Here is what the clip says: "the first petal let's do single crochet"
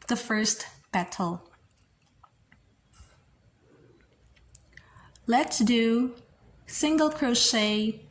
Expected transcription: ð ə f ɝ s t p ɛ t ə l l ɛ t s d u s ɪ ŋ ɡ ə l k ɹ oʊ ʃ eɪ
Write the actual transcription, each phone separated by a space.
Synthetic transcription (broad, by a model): ð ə f ɝ s t b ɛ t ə l l ɛ t s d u s ɪ ŋ ɡ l k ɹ oʊ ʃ eɪ